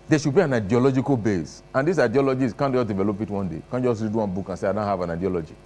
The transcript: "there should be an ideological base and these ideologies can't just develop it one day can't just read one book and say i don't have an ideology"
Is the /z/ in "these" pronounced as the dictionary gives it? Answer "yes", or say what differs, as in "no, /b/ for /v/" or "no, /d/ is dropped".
no, /s/ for /z/